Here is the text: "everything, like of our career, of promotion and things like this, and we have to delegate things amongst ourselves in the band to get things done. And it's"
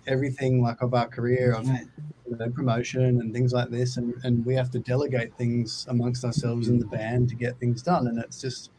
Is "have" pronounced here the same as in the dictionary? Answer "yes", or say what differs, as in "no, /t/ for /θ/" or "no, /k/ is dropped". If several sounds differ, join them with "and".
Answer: no, /f/ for /v/